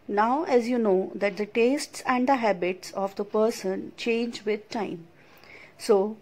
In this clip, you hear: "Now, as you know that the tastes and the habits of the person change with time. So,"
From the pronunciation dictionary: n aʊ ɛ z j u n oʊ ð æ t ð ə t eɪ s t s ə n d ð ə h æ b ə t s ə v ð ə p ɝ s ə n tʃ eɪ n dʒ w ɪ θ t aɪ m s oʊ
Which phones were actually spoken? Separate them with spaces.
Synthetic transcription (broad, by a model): n aʊ ɛ z j u n oʊ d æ t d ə t eɪ s t s ə n d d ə h æ b ə t s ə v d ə p ɝ s ə n tʃ eɪ n dʒ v ɪ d t aɪ m s oʊ